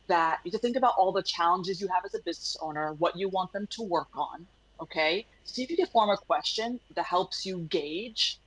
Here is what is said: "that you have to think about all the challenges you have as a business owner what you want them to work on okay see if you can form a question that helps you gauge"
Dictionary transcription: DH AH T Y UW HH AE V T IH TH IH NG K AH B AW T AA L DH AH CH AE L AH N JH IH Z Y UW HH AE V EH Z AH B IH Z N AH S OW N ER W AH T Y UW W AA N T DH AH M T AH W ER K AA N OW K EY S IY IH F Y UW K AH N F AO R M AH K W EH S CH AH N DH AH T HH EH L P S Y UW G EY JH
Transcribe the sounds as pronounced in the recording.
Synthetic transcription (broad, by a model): DH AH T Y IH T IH TH IH NG K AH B AW T AA L DH AH CH AE L AH N JH IH Z Y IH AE V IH Z AH B IH Z N AH S OW N ER W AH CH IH W AA N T DH AH M T AH W ER K N OW K EY S IY IH F Y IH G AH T F AO R M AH K W EH S CH AH N DH AH T HH EH L P S Y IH G EY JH